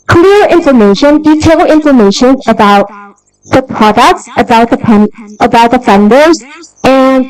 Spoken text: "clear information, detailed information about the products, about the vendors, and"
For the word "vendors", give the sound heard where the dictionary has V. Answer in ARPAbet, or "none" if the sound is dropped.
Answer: P